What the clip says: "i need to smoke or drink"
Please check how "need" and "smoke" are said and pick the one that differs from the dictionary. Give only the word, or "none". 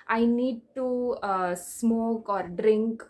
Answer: none